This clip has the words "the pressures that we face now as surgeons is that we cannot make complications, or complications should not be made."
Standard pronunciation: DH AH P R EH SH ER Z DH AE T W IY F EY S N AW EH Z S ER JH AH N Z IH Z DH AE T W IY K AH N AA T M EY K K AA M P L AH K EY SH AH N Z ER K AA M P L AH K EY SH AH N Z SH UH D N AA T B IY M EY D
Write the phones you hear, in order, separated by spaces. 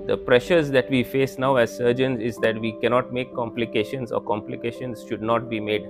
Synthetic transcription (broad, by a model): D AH P R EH SH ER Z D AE T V IY F EY S N AW EH Z S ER JH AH N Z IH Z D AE T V IY K AH N AA T M EY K K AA M P L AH K EY SH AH N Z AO K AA M P L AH K EY SH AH N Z SH UH D N AA T B IY M EY D